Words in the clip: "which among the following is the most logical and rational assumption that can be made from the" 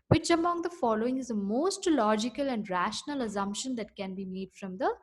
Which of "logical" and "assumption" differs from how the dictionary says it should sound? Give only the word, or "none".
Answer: none